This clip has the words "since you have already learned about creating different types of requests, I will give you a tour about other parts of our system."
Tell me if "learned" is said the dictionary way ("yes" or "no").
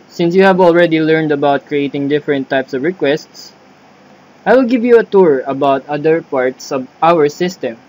yes